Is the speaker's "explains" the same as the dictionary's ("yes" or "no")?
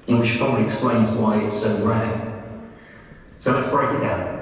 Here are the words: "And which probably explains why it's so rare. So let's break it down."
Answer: yes